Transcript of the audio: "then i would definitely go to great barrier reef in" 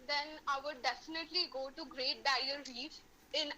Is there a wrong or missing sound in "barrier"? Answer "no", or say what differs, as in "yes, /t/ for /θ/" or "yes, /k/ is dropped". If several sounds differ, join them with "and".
yes, /ɹ/ is dropped